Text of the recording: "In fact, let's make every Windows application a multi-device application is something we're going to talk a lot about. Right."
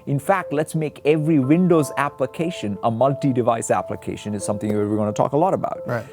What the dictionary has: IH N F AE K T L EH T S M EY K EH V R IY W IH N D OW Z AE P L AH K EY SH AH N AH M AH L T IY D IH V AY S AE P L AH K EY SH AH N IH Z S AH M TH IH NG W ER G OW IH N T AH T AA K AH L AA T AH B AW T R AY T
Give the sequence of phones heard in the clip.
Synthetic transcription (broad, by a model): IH N F AE K T L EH T S M EY K EH V R IY W IH N D OW Z AE P L AH K EY SH AH N AH M AH L T IY D IH V AY S AE P L AH K EY SH AH N IH Z S AH M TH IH NG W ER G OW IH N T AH T AA K AH L AA T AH B AW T T